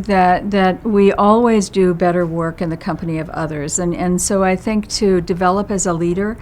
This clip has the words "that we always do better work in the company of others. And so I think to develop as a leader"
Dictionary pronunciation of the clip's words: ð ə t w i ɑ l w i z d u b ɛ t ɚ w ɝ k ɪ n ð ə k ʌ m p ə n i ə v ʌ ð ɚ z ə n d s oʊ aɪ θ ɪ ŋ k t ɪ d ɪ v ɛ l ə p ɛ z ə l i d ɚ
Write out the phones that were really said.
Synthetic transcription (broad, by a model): ð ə t w i ɑ l w i z d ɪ b ɛ t ɚ w ɝ k ɪ n ð ə k ʌ m p ə n i ə v ʌ ð ɚ z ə n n s oʊ aɪ θ ɪ ŋ k t ɪ d ɪ v ɛ l ə p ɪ z ə l i d ɚ